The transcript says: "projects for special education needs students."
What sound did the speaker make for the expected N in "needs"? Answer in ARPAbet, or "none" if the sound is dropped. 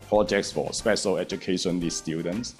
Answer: L